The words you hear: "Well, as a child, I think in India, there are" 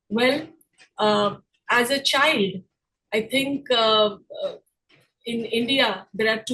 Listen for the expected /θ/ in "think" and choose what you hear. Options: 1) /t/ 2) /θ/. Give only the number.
1